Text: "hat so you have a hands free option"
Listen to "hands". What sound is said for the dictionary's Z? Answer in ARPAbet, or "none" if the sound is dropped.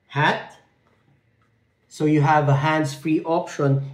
S